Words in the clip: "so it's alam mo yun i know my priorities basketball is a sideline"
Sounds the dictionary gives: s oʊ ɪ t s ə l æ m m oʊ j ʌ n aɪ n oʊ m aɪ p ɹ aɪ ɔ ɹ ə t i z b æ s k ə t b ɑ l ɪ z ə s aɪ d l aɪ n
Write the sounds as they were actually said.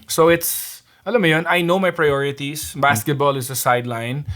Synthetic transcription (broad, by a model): s oʊ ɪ t s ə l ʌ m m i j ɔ n aɪ n oʊ m aɪ p ɹ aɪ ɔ ɹ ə t i s b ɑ s k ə t b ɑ l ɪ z ə s aɪ d l aɪ n